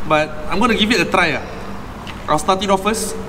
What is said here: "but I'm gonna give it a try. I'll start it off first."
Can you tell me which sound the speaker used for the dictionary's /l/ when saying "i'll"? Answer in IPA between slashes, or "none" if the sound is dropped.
/w/